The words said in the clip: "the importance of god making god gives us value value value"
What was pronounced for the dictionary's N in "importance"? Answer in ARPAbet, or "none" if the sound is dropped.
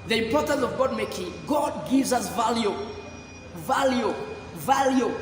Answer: N